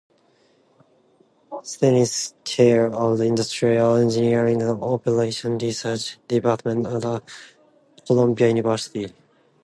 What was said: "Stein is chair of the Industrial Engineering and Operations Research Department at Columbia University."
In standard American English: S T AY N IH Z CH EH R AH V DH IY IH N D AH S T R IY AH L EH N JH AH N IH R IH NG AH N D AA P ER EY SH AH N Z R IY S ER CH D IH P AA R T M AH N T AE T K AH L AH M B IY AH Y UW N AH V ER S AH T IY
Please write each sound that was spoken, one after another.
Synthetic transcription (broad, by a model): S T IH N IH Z CH EH R AH V DH IY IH N D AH S T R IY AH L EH N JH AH N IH R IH NG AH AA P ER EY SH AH N R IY S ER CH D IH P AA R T M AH N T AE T K AH L AH M B IY AH Y UW N AH V ER S AH T IY